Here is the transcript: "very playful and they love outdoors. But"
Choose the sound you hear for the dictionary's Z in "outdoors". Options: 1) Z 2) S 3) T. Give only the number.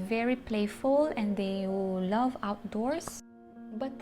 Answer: 2